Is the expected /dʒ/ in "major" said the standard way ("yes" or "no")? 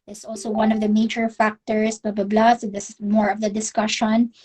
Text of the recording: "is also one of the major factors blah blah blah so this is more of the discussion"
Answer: no